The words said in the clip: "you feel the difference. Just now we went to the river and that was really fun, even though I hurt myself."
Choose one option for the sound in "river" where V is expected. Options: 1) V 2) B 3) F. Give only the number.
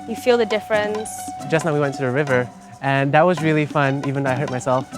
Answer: 1